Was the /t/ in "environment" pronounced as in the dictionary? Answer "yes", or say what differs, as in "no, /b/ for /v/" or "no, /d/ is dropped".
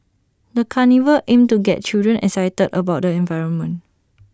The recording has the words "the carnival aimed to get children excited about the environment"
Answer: no, /t/ is dropped